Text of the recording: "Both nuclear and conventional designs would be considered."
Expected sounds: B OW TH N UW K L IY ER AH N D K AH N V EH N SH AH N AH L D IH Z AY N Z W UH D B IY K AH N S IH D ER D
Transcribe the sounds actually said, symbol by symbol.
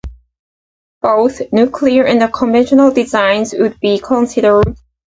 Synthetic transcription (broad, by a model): B OW TH N UW K L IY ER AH N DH K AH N V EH N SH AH N L D IH Z AY N Z W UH D B IY K AH N S IH D ER D